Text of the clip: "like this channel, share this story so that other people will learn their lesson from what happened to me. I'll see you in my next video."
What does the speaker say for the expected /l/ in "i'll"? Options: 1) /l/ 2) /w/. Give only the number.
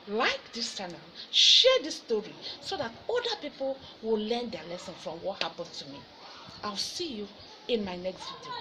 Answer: 2